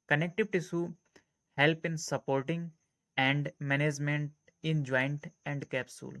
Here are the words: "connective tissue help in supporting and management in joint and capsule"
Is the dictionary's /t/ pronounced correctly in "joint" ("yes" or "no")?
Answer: yes